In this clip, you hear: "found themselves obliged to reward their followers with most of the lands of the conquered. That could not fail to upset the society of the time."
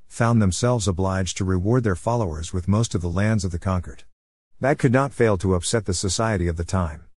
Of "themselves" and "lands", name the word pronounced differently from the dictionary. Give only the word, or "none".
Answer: none